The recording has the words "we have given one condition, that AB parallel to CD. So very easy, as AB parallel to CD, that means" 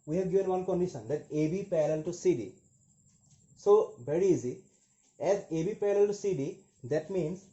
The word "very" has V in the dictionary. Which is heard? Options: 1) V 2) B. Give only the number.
2